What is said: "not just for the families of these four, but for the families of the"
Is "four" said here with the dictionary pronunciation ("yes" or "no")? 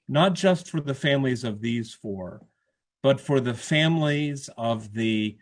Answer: yes